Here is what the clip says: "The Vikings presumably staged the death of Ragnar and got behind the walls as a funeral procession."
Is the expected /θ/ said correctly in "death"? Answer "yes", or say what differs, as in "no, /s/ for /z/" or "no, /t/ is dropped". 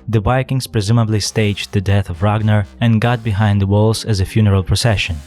yes